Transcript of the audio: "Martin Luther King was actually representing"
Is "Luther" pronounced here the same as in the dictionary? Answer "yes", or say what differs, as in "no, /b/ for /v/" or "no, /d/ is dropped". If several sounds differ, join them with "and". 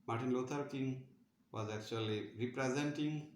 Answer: no, /t/ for /θ/